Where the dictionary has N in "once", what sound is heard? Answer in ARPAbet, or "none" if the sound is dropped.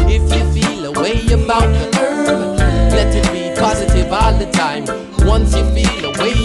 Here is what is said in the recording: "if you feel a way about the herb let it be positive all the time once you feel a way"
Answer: N